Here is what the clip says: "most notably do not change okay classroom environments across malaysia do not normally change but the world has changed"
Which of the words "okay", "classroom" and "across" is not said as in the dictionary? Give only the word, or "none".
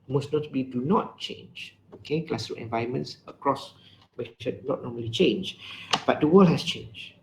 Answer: classroom